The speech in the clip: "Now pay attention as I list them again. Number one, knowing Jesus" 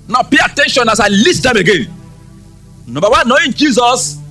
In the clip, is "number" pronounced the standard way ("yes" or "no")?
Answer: no